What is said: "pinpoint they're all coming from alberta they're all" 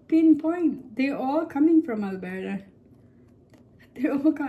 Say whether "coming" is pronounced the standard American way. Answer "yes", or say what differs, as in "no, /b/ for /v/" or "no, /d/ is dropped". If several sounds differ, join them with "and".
yes